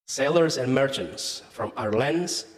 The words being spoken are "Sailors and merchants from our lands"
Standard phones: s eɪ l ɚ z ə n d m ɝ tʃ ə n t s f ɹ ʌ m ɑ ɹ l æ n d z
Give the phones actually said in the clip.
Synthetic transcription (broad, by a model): s eɪ l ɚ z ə n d m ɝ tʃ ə n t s f ɹ ʌ m ɑ ɹ l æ n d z